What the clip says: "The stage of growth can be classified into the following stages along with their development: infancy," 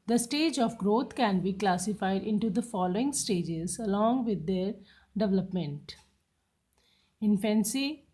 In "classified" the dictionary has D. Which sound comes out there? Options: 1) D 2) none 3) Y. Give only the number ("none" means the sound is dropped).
1